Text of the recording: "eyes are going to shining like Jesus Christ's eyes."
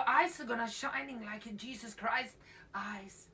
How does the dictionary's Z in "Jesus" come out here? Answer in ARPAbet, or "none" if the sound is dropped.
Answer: Z